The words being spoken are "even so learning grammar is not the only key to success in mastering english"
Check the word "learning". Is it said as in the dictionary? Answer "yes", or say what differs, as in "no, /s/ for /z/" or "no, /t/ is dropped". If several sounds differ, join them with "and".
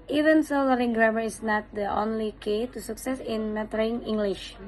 no, /l/ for /n/